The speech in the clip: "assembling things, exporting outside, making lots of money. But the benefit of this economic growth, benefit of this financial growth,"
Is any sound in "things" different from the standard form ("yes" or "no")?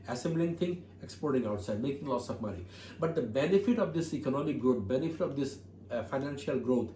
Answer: yes